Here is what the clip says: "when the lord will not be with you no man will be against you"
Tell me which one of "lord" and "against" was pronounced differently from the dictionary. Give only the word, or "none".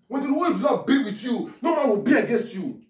lord